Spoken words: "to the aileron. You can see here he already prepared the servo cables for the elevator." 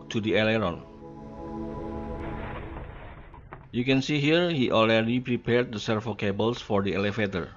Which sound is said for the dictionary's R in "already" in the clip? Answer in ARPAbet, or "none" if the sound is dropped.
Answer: L